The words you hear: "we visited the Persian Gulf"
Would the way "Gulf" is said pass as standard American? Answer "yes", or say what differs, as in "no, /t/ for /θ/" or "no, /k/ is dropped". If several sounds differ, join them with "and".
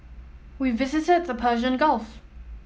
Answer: yes